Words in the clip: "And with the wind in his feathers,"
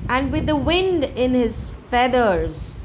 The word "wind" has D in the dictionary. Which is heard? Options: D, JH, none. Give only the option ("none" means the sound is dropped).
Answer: D